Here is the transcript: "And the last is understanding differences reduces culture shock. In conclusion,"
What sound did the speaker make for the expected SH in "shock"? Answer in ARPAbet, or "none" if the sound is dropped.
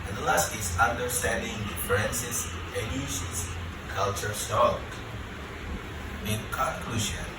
S